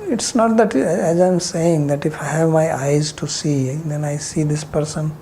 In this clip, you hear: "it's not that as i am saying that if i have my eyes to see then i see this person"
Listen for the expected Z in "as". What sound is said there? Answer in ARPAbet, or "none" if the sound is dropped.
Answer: Z